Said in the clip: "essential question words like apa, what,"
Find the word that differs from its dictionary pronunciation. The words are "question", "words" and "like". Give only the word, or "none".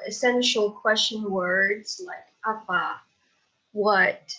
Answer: none